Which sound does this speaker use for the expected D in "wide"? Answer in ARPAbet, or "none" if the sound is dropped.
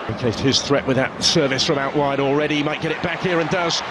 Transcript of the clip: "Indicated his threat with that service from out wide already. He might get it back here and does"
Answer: D